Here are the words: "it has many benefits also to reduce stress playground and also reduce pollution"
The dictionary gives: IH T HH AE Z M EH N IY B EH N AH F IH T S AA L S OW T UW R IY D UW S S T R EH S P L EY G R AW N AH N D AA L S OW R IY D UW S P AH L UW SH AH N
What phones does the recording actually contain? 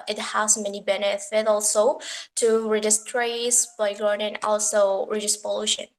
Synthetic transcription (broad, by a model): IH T HH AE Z M EH N IY B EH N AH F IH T AA L S OW T UW R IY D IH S S T R EH S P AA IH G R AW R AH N AA L S OW R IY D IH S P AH L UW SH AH N